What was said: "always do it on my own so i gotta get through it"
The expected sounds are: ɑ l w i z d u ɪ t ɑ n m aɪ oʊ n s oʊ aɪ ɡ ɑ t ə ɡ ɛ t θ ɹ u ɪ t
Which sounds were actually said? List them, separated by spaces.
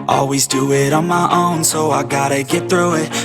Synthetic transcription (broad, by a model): ɑ l w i z d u ɪ t n m aɪ oʊ n s oʊ aɪ ɡ ɑ t ə ɡ ɛ t θ ɹ u ɪ t